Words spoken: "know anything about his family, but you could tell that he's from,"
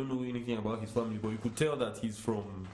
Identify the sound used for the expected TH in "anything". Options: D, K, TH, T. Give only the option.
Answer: TH